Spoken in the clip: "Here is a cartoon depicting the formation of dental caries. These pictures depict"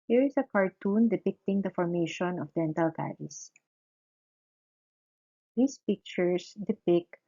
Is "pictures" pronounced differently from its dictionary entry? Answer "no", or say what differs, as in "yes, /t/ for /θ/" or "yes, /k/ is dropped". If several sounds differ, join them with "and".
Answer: yes, /s/ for /z/